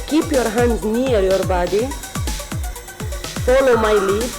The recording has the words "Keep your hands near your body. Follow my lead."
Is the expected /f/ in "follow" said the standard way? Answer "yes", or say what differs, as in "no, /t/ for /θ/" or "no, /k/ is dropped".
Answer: no, /p/ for /f/